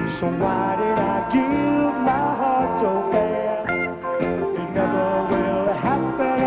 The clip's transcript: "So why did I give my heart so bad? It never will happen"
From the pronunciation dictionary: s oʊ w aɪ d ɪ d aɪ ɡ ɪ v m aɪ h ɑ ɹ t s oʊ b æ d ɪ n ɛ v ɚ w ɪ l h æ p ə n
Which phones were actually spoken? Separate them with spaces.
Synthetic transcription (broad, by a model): s oʊ w aɪ d ɪ d aɪ ɡ ɪ v m aɪ h ɑ ɹ t s oʊ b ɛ ɪ n ɛ v ɚ w ɪ l h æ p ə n